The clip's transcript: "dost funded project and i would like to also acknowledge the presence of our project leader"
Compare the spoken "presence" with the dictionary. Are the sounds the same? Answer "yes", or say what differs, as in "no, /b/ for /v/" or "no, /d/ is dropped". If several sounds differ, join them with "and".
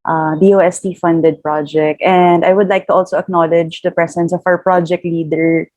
no, /s/ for /z/